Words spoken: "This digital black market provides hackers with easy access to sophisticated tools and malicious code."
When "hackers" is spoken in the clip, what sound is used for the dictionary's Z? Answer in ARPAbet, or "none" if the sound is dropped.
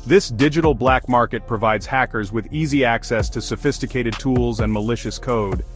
Z